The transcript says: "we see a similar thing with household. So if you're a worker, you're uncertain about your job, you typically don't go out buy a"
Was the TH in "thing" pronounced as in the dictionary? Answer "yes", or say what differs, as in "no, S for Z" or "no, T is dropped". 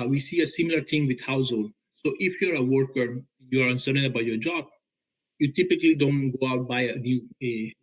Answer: no, T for TH